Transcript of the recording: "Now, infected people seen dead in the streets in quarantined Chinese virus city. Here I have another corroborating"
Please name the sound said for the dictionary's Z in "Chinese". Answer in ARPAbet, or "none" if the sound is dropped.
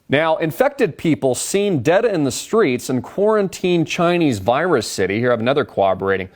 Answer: Z